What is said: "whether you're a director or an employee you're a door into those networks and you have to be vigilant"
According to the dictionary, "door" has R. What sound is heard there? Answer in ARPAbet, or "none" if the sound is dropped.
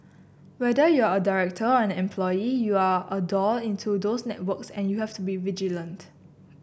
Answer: L